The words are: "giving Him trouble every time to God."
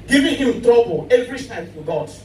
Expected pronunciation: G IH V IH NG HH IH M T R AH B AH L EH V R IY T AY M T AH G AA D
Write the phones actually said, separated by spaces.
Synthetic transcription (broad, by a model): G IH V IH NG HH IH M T R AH B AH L EH V R IY S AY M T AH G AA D